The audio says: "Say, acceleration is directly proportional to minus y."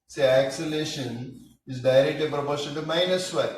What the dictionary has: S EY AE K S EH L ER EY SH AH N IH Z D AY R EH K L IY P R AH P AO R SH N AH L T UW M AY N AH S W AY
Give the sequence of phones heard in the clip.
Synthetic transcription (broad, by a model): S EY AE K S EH L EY SH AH N IH Z D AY R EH K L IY P R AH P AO R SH AH N T UW M AY N AH S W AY